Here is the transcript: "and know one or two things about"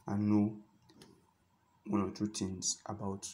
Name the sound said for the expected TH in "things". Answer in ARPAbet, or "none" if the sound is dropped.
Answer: T